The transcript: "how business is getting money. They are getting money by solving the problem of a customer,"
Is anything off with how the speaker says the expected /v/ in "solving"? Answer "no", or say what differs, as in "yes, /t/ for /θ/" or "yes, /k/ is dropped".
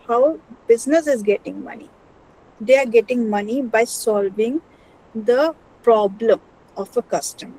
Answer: no